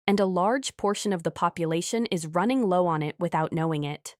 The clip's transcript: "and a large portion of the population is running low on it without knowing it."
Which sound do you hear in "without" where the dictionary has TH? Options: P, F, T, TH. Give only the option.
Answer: TH